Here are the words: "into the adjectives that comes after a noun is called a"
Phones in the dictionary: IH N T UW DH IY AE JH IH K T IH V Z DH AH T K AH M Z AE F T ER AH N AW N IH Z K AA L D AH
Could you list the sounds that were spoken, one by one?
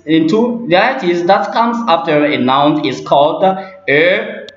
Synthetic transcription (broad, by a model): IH N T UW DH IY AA IH T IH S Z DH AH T K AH M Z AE F T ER AH N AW N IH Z K AA L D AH